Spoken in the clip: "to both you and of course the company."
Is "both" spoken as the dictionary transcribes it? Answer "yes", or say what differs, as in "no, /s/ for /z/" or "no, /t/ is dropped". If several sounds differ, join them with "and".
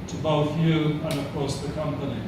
yes